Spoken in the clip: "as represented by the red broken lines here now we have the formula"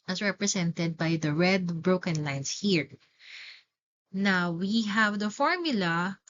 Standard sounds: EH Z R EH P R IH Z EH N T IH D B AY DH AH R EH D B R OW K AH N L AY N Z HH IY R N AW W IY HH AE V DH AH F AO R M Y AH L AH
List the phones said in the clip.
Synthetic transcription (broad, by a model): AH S R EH P R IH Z EH N T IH D B AY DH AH R EH D B R OW K AH N L AY N S HH IY R N AW W IY HH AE V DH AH F AO R M Y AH L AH